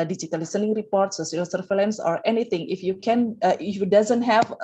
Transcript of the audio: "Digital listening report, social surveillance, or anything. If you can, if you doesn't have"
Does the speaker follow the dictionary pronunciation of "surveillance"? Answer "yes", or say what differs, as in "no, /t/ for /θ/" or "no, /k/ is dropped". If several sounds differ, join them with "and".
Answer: no, /f/ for /v/